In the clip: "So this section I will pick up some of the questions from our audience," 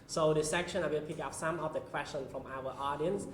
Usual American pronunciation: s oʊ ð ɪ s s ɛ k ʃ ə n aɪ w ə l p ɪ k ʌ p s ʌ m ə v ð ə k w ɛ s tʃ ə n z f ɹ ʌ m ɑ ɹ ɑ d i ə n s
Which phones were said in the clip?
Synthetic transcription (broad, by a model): s oʊ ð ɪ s s ɛ k ʃ ə n aɪ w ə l p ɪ k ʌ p s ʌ m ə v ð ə k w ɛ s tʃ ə n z f ɹ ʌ m ɑ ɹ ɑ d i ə n s